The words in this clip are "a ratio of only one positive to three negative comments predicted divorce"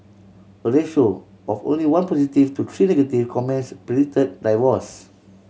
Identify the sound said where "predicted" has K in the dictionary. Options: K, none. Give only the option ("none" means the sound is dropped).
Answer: none